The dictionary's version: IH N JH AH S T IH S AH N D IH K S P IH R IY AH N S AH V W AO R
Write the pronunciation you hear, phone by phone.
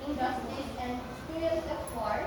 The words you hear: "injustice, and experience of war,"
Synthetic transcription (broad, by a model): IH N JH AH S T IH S AH N D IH S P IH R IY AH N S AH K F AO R